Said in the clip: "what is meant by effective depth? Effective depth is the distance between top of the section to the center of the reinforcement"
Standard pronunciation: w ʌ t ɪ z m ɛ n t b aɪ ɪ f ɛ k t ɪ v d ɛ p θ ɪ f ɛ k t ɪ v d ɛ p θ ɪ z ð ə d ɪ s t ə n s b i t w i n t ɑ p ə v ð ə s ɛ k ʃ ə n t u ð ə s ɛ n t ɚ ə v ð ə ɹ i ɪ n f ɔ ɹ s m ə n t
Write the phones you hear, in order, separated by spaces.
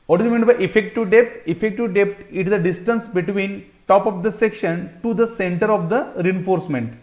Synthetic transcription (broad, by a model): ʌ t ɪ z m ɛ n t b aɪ ɪ f ɛ k t ɪ v d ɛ p t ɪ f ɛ k t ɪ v d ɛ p t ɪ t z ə d ɪ s t ə n s b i t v i n t ɑ p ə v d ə s ɛ k ʃ ə n t u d ə s ɛ n t ɚ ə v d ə ɹ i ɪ n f ɔ ɹ s m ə n t